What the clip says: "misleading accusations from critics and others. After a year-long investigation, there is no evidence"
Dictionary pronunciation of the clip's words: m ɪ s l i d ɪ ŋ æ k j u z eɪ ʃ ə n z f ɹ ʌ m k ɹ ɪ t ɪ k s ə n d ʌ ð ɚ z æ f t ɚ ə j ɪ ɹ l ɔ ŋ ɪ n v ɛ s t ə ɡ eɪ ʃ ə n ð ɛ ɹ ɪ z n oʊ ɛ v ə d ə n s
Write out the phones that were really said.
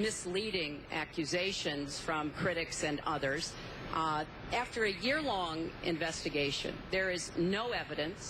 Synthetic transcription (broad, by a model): m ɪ s l i d ɪ ŋ æ k j u z eɪ ʃ ə n z f ɹ ʌ m k ɹ ɪ t ɪ k s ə n ʌ ð ɚ z æ f t ɚ ə j ɪ ɹ l ɔ ŋ ɪ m v ɛ s t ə ɡ eɪ ʃ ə n ð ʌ ɹ ɪ z n oʊ ɛ v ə d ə n s